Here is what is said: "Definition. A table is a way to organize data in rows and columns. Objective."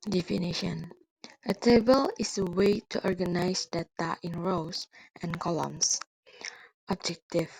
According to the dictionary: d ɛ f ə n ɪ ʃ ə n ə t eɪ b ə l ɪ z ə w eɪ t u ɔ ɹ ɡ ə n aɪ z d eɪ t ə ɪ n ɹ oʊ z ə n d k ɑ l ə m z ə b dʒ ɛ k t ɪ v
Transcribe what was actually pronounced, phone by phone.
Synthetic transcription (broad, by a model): d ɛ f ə n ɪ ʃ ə n ə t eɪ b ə l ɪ s ə w eɪ t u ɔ ɹ ɡ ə n aɪ s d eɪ t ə ɪ n ɹ oʊ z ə n k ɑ l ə m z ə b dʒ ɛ k t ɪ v